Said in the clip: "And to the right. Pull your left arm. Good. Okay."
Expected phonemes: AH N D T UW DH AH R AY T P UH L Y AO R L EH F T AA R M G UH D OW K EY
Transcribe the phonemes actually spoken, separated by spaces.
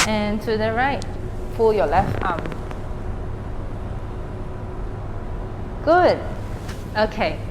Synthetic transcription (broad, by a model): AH N T UW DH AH R AY T F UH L Y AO L EH F T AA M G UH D OW K EY